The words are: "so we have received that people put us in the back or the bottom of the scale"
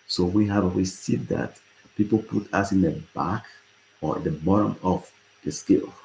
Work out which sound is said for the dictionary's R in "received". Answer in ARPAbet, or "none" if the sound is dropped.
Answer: W